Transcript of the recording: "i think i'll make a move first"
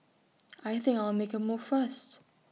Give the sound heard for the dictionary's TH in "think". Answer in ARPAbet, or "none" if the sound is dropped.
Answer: TH